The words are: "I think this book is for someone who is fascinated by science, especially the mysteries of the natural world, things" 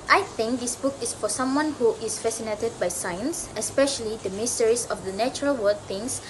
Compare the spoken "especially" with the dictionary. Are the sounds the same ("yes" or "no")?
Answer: yes